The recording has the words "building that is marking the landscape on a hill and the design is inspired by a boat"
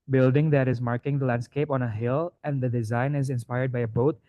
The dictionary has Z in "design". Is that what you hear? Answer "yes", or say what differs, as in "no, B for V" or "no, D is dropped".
yes